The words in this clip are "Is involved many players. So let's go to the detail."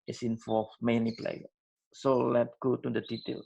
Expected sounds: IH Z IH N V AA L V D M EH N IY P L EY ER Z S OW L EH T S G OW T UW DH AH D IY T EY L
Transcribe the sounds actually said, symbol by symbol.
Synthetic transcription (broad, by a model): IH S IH N F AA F M EH N IY P L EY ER S OW L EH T G OW T UW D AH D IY T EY L